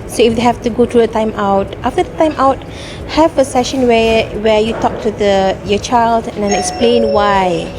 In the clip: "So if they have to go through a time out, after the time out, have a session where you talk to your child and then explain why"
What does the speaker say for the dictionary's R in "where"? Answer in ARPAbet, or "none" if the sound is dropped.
W